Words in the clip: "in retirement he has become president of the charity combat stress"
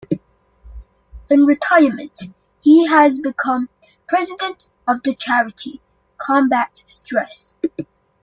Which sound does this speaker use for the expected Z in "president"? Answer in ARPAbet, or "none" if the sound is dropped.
Z